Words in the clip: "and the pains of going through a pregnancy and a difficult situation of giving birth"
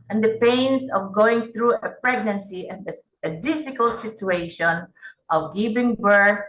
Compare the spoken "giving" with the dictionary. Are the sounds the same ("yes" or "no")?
no